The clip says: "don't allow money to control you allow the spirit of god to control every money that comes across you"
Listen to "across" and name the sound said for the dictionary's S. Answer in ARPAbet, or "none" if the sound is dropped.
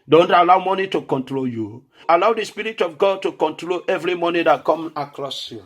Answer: S